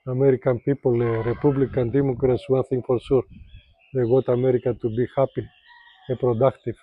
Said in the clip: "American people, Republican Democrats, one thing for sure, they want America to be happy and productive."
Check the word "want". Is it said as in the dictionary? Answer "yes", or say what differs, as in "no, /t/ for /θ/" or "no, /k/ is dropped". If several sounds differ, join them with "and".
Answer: no, /n/ is dropped